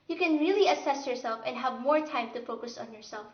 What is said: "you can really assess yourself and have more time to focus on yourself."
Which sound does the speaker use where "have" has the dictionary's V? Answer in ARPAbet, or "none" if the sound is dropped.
V